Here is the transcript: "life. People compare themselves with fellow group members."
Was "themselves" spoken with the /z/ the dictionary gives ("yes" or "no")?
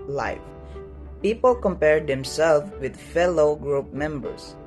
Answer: no